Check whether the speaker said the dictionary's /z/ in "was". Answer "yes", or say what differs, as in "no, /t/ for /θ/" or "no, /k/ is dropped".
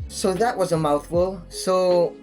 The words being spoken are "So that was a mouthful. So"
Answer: yes